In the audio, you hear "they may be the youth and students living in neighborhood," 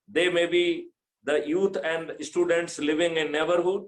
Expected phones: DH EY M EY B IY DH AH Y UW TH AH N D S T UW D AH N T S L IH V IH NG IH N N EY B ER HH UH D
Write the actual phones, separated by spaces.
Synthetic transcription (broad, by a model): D EY M EY B IY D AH Y UW T AH N D S T UW D AH N T S L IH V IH NG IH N N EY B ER HH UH D